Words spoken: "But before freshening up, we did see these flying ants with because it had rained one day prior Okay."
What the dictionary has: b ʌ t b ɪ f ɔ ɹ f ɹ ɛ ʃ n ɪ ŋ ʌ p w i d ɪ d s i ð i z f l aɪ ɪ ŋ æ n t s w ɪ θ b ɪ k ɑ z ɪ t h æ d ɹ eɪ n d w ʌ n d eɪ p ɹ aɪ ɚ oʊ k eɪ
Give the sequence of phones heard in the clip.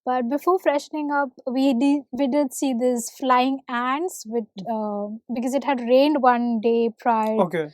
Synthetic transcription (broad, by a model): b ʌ t b ɪ f ɔ ɹ f ɹ ɛ ʃ n ɪ ŋ ʌ p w i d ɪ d s i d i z f l aɪ ɪ ŋ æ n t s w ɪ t b ɪ k ɑ z ɪ t h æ d ɹ eɪ n d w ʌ n d eɪ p ɹ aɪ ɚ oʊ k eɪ